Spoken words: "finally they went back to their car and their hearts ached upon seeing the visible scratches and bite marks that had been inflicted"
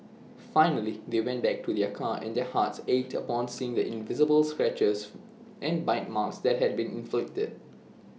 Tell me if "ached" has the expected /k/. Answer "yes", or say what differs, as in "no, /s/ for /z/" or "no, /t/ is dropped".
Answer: no, /k/ is dropped